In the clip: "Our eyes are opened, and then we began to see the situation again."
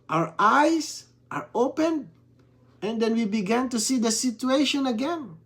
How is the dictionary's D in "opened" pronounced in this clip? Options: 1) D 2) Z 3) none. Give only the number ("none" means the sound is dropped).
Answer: 3